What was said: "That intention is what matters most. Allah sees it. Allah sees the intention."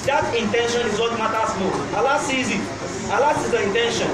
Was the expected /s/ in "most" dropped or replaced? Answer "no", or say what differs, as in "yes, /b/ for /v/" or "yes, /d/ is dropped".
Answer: yes, /s/ is dropped